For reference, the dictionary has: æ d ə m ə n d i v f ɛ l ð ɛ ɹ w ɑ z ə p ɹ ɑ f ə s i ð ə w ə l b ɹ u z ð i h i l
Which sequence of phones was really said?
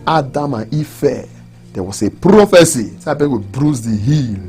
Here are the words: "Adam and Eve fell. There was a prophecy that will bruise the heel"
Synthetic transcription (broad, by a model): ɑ d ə m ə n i f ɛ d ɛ w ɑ s ə p ɹ ɑ f ə s i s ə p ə w b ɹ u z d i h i l